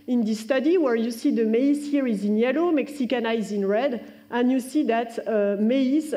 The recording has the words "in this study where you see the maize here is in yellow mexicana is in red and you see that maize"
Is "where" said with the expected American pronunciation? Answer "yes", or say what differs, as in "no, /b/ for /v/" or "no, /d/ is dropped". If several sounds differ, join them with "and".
yes